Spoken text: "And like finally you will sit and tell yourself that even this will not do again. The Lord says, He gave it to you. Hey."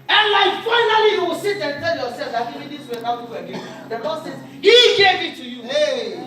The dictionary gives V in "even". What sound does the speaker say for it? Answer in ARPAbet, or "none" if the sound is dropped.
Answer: none